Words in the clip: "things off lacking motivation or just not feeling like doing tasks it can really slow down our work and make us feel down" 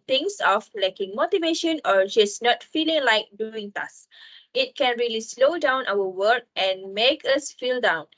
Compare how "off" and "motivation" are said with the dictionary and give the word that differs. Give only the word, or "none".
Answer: none